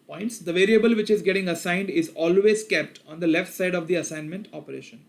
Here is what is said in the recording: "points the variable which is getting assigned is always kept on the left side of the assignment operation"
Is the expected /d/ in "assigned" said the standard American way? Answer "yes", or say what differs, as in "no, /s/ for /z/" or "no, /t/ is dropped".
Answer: yes